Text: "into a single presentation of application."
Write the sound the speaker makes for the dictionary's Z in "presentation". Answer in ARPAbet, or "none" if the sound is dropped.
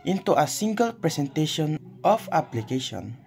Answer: S